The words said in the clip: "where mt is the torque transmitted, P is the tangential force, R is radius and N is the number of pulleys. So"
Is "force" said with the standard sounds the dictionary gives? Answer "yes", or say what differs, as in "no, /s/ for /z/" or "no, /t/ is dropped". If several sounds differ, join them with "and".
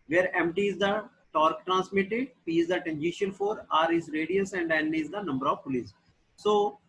no, /s/ is dropped